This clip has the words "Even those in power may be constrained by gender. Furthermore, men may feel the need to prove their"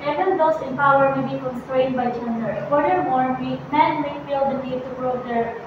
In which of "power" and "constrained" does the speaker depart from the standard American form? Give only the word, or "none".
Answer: none